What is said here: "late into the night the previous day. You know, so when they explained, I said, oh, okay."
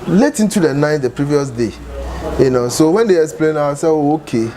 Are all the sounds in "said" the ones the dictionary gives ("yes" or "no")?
no